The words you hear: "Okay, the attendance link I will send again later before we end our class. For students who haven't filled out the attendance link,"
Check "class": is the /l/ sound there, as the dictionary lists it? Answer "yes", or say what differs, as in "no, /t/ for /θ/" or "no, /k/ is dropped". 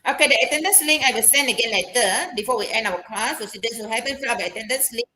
no, /l/ is dropped